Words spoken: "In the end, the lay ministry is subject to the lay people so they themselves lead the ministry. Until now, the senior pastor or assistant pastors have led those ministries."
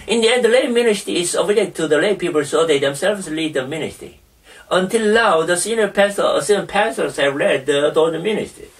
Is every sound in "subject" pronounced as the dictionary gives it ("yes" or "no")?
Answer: no